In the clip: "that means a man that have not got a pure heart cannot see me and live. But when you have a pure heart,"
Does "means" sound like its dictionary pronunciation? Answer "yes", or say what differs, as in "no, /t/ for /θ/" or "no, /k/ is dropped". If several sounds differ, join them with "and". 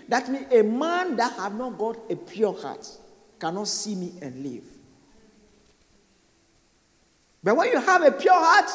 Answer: no, /z/ is dropped